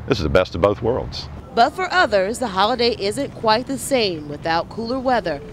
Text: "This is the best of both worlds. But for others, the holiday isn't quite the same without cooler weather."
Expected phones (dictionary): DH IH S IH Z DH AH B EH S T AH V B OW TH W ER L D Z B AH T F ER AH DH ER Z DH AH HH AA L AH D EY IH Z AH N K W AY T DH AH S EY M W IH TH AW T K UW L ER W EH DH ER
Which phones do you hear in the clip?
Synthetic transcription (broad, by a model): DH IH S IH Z DH AH B EH S T AH V B OW TH W ER L D Z B AH T F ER AH DH ER Z DH AH HH AA L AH D EY IH Z AH N K W AY T DH AH S EY M W IH TH AW T K UW L ER W EH DH ER